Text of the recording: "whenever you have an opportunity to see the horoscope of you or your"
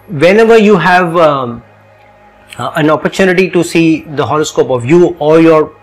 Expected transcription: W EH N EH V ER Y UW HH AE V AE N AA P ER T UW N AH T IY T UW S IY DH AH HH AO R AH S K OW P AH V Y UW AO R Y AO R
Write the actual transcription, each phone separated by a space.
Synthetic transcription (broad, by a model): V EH N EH V ER Y UW HH AE V AE N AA P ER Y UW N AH T IY T UW S IY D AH HH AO L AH S K OW P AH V Y UW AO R Y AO R